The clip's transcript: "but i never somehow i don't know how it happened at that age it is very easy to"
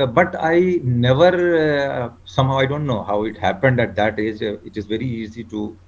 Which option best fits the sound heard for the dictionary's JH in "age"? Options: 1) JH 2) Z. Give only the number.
1